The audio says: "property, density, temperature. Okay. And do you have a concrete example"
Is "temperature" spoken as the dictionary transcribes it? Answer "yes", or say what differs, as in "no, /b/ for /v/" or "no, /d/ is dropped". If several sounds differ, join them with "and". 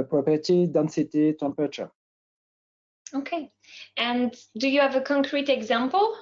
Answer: no, /ɹ/ is dropped